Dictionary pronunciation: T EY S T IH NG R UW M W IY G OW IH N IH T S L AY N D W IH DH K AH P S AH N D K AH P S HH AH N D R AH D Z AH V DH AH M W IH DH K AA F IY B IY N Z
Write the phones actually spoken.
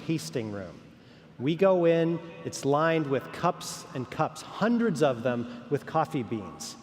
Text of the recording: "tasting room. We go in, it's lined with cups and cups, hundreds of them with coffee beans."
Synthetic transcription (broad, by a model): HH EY S T IH NG R UW M W IY G OW IH N IH T S L AY N D W IH DH K AH P S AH N K AH P S HH AH N D R AH D Z AH V DH AH M W IH DH K AA F IY B IY N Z